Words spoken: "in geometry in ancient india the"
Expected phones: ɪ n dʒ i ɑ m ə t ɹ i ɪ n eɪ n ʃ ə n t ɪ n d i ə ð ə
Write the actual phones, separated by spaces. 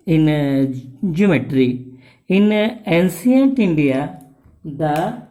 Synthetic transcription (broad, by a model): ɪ n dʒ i m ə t ɹ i ɪ n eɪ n s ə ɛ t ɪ n d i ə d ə